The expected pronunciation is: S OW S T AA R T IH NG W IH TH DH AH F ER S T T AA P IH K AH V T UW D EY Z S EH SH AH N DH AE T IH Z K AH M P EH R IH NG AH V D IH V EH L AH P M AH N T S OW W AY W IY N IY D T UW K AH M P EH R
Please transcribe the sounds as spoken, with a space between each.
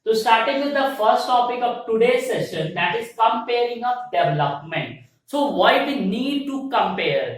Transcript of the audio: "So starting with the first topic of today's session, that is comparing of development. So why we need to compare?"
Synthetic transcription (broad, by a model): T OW S T AA R T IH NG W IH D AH F ER S T T AA P IH K AH V T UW D EY S EH SH AH N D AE T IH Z K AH M P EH R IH NG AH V D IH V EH L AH P M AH N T S OW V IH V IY N IY D T UW K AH M P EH R